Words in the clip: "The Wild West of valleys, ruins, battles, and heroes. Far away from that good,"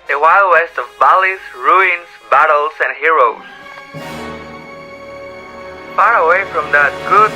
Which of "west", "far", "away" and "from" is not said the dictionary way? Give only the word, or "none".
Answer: none